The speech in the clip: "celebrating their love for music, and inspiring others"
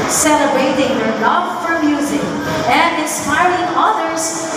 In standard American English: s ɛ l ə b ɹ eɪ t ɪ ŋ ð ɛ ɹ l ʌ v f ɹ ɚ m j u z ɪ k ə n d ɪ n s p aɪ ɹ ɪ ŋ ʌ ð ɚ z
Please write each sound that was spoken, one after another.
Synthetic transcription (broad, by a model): s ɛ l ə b eɪ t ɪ ŋ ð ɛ ɹ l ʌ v f ɹ ɚ m j u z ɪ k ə n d ɪ n s p aɪ ɹ ɪ ŋ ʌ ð ɚ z